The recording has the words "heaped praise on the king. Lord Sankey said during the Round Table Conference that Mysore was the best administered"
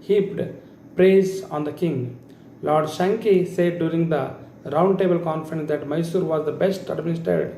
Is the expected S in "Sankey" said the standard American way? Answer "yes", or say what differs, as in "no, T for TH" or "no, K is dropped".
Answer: no, SH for S